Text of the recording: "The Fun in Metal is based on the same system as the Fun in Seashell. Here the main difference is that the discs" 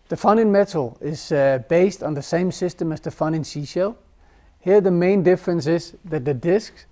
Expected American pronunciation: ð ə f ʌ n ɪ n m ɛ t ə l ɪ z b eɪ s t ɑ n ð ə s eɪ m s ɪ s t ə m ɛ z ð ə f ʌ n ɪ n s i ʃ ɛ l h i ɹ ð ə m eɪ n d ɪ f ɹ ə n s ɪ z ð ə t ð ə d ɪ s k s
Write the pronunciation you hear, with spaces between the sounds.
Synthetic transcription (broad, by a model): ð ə f ʌ n ɪ n m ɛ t l ɪ z b eɪ s t n ð ə s eɪ m s ɪ s t ə m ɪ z ð ə f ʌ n ɪ n s i ʃ ɛ l h i ɹ ð ə m eɪ n d ɪ f ɹ ə n s ɪ z ð ə t ð ə d ɪ s k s